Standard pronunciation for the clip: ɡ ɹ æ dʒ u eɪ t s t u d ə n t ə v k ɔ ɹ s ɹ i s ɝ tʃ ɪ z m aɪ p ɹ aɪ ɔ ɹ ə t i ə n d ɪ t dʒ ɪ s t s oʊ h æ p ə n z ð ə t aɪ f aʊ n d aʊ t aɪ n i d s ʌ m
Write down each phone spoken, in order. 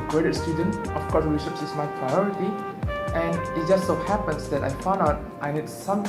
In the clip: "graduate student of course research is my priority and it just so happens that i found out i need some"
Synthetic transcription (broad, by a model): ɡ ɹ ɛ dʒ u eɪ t s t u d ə n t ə f k ɔ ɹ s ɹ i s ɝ s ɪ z m aɪ p ɹ aɪ ɔ ɹ ə t i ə n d ɪ t dʒ ɪ s t s oʊ h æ p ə n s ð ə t aɪ f aʊ n d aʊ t aɪ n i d s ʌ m